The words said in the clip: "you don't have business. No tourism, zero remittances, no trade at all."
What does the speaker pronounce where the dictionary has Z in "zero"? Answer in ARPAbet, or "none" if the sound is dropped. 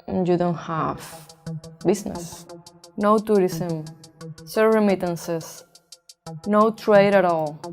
S